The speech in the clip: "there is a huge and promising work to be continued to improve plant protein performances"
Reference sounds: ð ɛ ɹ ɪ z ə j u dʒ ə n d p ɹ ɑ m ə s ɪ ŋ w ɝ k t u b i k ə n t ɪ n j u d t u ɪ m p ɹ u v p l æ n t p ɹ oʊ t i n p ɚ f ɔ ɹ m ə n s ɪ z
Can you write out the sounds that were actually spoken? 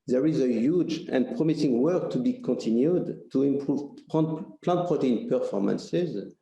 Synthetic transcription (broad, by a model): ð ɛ ɹ ɪ z ə j u dʒ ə n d p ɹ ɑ m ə s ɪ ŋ w ɝ k t u b i k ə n t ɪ n j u d t u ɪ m p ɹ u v p l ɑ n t p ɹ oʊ t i n p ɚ f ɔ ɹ m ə n s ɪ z